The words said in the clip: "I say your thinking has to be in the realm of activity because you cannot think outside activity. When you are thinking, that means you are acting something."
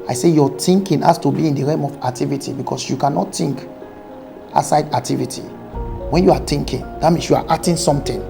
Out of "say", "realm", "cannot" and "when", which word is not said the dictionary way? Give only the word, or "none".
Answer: realm